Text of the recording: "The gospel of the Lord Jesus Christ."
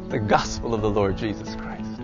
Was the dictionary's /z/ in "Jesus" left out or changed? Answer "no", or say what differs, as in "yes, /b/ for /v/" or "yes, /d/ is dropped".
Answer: no